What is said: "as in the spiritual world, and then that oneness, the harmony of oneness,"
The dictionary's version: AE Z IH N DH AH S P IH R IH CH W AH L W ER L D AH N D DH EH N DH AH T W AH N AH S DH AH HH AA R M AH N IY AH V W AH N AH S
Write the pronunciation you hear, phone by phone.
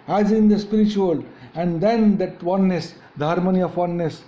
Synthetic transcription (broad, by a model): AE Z IH N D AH S P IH R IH CH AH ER L AH N D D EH N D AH T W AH N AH S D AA R M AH N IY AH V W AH N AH S